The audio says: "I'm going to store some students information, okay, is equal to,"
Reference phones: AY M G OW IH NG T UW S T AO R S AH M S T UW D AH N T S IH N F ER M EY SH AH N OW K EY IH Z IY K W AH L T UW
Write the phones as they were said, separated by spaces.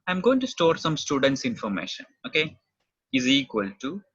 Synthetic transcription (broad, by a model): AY M G OW IH NG T UW S T AO R S AH M S T UW D AH N T S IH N F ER M EY SH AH N OW K EY IH Z IY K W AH L T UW